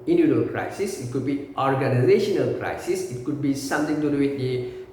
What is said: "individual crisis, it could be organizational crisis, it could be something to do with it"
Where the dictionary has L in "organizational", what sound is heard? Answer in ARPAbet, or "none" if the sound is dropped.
L